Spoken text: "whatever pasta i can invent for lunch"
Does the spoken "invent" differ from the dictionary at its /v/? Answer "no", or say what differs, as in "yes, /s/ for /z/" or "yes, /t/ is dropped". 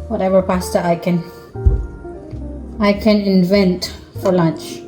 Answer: no